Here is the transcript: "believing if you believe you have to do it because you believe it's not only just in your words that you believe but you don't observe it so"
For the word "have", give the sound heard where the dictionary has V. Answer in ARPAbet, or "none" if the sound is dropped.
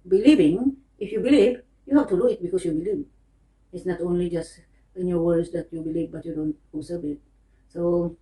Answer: F